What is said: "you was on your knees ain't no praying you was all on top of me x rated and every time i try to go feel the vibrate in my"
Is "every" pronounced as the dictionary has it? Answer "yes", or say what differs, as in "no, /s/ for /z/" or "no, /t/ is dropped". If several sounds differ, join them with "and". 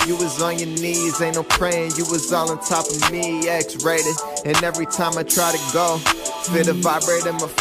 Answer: yes